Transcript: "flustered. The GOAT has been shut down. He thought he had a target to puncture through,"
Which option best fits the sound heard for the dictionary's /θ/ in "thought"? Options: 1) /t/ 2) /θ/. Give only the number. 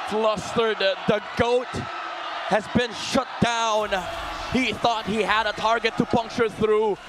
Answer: 2